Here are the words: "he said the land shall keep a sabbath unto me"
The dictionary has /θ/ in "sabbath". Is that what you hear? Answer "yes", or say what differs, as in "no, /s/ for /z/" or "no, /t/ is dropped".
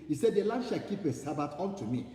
no, /t/ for /θ/